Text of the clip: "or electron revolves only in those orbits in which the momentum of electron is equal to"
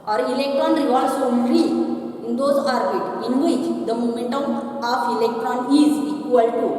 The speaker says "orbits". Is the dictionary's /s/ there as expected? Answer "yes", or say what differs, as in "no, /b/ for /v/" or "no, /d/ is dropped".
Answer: no, /s/ is dropped